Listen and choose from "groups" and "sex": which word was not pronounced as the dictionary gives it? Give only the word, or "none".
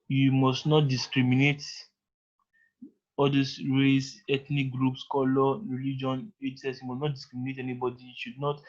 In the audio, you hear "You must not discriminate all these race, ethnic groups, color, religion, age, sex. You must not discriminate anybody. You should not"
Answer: sex